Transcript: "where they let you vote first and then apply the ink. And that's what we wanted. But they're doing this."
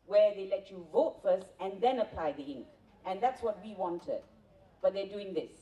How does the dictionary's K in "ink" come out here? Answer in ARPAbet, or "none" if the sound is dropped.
K